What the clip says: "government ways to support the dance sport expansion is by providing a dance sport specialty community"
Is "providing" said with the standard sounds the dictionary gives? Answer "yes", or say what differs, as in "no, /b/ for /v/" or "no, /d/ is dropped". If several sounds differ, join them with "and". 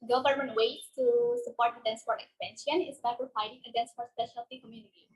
no, /f/ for /v/